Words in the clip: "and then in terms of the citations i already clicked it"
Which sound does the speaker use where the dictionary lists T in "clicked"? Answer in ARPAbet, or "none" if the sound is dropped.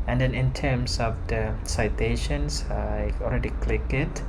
none